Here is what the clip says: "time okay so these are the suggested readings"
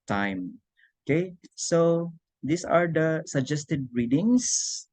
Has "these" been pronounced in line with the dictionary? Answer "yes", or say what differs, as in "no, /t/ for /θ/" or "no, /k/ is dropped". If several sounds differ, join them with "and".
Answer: no, /s/ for /z/